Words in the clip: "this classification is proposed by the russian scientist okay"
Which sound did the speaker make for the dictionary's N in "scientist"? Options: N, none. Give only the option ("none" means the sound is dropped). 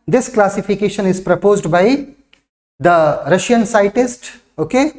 none